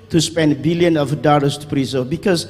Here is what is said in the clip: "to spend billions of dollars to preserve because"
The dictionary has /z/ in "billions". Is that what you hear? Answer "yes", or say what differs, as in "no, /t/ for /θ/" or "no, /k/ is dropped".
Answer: no, /z/ is dropped